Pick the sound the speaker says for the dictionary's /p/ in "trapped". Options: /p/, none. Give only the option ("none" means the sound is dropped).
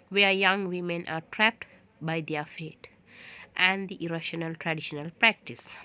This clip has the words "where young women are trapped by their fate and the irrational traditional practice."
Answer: /p/